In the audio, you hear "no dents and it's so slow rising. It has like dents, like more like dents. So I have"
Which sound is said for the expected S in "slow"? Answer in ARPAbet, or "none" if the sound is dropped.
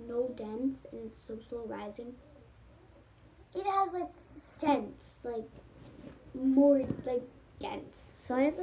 SH